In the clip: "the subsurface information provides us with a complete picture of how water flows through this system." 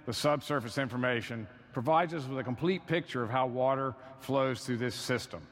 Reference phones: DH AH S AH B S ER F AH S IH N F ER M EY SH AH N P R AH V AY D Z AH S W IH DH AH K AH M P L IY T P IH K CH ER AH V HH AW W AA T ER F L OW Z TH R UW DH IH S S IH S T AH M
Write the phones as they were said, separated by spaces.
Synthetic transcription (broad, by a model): DH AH S AH B S ER F AH S IH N F ER M EY SH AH N P R AH V AY D Z AH S W IH DH AH K AH M P L IY T P IH K CH ER AH V HH AW W AA T ER F L OW Z TH R UW DH IH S S IH S T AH M